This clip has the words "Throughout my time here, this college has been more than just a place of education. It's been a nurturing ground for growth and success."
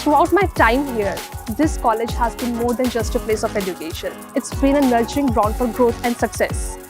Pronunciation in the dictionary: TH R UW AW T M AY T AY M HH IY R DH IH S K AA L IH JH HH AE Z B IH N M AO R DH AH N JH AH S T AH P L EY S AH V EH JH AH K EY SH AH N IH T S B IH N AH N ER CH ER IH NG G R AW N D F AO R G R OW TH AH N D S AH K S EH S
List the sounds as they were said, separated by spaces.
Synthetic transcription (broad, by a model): R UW AW T M AY T AY M HH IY R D IH S K AA L IH JH HH AE Z B IH N M AO R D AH N JH AH S T AH P L EY S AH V EH JH AH K EY SH AH N IH T S B IH N AH N ER CH ER IH NG G R AW N D F AO R G R OW T AH N D S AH K S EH S